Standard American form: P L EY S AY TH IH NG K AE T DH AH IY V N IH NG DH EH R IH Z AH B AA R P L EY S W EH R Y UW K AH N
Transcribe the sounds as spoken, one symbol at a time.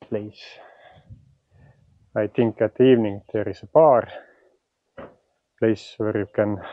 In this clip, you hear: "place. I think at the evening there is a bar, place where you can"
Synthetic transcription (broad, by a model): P L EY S AY T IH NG K AE T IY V N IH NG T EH R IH S AH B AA R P L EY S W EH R Y UW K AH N